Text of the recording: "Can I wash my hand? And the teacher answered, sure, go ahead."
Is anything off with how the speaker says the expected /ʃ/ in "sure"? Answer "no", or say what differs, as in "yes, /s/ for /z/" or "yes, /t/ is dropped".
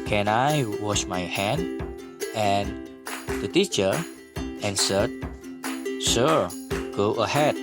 yes, /s/ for /ʃ/